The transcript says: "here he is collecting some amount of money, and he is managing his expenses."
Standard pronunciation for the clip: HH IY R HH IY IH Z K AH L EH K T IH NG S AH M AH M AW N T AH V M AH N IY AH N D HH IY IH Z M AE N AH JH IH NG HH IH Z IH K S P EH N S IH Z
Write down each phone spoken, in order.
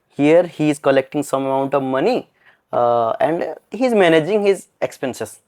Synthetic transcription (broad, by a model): HH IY R HH IY IH Z K AH L EH K T IH NG S AH M AH M AW N T AH V M AH N IY AH N D HH IY Z M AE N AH JH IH NG HH IH Z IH K S P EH N S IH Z